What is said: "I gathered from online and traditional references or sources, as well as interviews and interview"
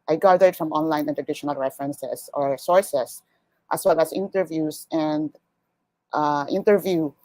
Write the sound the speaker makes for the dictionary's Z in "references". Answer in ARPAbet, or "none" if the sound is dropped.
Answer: S